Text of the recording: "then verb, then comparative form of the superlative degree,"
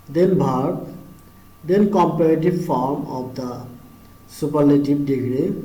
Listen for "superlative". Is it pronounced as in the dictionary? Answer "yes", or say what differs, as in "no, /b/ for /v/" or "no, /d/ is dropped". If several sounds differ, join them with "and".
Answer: no, /b/ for /v/